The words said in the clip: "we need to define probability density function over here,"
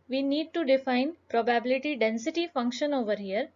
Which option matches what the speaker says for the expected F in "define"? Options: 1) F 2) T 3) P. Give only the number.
1